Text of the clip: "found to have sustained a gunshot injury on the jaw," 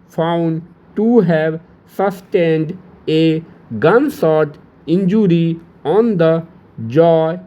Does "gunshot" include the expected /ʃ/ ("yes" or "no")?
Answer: no